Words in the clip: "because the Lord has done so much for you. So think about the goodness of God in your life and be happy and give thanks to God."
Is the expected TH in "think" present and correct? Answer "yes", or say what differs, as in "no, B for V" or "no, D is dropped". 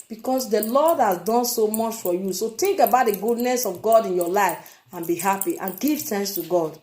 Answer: no, T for TH